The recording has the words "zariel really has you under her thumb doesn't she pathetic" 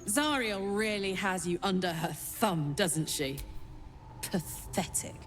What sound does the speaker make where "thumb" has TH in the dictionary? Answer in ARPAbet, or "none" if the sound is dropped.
TH